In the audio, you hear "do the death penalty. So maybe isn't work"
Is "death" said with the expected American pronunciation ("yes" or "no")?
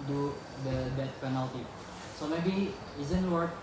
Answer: no